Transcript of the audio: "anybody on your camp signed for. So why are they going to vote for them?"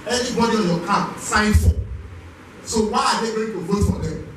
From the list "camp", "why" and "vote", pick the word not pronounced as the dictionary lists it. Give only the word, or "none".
camp